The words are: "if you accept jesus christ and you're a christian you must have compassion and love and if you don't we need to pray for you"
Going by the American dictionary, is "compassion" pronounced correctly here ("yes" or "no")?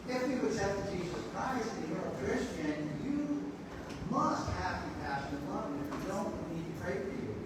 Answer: no